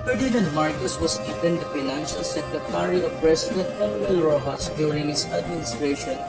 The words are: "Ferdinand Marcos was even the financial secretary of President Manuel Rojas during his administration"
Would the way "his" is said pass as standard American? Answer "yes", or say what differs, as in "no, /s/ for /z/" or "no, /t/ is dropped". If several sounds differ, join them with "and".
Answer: no, /s/ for /z/